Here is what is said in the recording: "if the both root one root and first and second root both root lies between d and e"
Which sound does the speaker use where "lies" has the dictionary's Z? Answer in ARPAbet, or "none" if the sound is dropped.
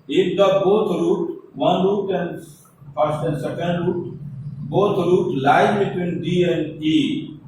none